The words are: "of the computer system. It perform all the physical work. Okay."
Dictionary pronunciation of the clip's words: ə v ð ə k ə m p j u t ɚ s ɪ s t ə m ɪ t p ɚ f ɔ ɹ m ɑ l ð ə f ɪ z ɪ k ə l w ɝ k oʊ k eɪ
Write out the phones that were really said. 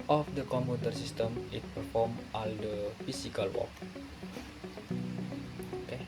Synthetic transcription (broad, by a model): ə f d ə k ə m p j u t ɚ s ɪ s t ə m ɪ t p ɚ f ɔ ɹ m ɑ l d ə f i s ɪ k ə l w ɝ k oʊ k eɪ